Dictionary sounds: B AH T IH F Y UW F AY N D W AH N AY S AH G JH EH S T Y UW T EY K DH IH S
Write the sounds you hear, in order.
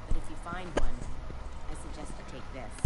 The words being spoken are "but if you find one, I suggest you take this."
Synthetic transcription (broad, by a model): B AH T IH F Y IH F AY N D W AH N AY S AH G JH EH S T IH T EY K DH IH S